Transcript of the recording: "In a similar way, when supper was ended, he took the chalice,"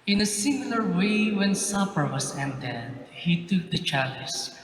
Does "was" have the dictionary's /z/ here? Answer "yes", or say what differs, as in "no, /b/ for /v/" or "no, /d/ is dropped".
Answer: no, /s/ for /z/